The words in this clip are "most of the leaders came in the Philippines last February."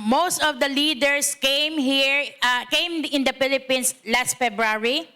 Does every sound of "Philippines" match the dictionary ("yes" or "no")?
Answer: no